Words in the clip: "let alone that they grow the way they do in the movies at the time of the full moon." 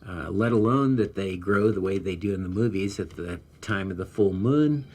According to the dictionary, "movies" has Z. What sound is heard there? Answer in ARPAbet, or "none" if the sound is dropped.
Z